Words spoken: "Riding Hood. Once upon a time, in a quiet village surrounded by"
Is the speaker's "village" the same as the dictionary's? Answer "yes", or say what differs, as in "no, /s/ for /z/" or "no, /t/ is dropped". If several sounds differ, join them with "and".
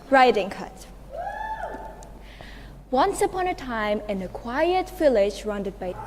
no, /f/ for /v/